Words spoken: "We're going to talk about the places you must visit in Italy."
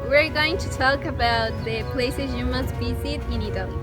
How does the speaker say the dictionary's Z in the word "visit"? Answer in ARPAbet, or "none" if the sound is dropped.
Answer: S